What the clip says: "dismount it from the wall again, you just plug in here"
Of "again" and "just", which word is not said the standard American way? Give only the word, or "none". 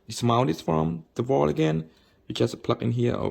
just